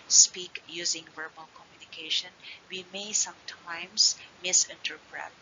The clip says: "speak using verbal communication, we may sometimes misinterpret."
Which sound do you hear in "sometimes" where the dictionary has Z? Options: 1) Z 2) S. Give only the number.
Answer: 2